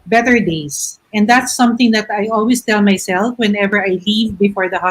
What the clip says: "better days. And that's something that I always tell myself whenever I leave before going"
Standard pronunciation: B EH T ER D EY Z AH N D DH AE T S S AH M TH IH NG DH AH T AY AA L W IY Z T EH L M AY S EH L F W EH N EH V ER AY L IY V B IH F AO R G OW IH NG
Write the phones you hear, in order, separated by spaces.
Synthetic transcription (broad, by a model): B EH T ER D EY S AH N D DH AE T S S AH M TH IH NG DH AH T AY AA L W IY S T EH L M AY S EH L F W EH N EH V ER AY L IY V B IH F AO R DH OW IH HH